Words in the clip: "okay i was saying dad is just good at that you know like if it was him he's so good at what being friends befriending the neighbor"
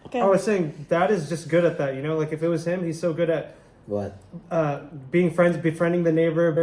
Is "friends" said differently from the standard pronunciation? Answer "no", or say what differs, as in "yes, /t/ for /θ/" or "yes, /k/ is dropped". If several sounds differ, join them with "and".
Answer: no